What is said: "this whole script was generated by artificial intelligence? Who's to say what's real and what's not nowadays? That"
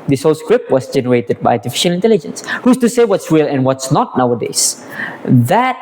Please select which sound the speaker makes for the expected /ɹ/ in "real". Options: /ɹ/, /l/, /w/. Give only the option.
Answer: /w/